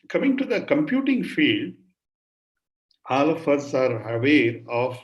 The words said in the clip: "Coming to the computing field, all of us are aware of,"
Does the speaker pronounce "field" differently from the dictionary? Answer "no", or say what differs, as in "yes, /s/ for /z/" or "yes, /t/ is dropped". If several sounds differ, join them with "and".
no